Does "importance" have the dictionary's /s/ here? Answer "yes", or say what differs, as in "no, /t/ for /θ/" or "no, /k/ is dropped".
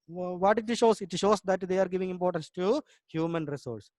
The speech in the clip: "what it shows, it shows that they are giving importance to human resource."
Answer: yes